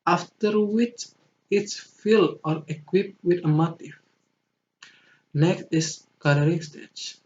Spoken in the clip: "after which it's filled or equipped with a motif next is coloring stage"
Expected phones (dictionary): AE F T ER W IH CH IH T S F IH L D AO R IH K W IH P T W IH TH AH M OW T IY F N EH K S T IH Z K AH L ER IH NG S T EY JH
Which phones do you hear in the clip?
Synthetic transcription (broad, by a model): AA F T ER W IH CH IH T S F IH L AO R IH K W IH P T W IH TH AH M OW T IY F N EH K S T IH S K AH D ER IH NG S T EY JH